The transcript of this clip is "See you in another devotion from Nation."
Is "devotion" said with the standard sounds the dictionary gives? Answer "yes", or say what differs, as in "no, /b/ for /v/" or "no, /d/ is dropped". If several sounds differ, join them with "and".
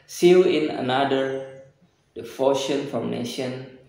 no, /f/ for /v/